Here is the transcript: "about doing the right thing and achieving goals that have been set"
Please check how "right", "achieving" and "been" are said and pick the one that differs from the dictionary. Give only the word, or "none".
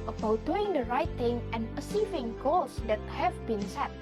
achieving